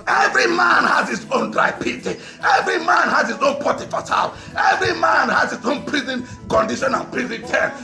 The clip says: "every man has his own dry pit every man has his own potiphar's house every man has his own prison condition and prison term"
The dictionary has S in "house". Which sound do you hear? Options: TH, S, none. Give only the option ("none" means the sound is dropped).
none